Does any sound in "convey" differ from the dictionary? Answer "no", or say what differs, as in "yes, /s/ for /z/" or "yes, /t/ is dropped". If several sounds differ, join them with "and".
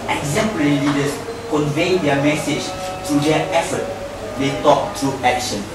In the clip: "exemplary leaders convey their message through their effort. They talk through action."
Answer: no